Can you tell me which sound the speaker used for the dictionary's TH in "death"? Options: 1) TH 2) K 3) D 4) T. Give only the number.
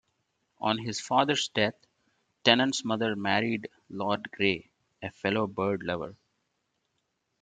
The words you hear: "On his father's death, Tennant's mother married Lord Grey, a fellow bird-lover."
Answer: 4